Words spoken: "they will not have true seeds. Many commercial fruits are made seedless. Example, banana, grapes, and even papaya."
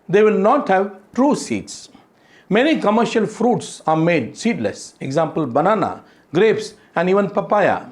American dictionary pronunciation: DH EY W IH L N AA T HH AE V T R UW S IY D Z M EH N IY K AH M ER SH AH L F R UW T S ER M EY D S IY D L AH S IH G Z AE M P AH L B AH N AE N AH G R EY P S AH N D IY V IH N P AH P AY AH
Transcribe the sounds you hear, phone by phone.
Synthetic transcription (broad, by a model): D EY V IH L N AA T HH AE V T R UW S IY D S M EH N IY K AH M ER SH AH L F R UW T S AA M EY D S IY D L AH S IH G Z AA M P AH L B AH N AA N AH G R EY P S AH N D IY V IH N P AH P AY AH